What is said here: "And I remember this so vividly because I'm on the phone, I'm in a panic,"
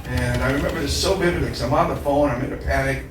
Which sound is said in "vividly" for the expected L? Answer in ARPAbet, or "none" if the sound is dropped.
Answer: none